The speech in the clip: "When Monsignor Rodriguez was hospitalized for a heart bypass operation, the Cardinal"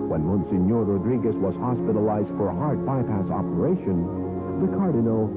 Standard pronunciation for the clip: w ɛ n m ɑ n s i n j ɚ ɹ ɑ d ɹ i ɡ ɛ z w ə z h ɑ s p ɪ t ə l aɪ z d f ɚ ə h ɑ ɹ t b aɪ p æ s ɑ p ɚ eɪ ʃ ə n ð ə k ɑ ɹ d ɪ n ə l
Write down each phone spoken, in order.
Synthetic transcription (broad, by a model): w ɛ n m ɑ n s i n j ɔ ɹ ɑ d ɹ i ɡ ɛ s w ə z h ɑ s p ɪ t ə l aɪ z d f ɚ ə h ɑ ɹ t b aɪ p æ s ɑ p ɚ eɪ ʃ ə n ð ə k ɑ ɹ d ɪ n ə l